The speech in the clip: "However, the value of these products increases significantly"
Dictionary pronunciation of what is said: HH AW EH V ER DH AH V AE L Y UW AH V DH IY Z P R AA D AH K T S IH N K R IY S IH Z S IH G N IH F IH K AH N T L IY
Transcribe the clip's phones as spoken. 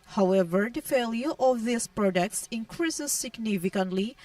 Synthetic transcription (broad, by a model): HH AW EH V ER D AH F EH L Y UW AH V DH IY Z P R AA D AH K T S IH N K R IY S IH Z S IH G N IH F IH K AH N T L IY